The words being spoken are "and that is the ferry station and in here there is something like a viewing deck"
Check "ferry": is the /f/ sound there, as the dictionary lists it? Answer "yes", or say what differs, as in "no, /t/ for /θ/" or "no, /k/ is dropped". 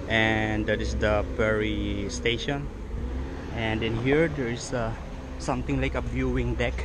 no, /p/ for /f/